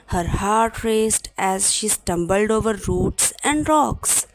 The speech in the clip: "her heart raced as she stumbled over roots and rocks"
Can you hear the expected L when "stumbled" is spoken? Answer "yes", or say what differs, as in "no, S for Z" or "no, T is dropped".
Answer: yes